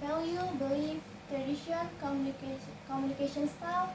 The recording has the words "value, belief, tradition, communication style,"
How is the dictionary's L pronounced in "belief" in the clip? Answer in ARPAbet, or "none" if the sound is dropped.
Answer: none